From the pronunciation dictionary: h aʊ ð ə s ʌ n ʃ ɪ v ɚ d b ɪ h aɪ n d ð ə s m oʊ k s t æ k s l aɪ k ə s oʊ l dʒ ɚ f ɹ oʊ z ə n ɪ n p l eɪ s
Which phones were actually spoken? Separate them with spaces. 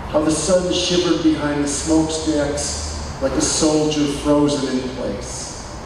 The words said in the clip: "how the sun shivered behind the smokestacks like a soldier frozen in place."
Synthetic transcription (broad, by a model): h aʊ ð ə s ʌ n ʃ ɪ v ɚ d b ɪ h aɪ n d ð ə s m oʊ k s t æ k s l aɪ k ə s oʊ l dʒ ɚ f ɹ oʊ z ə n ɪ n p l eɪ s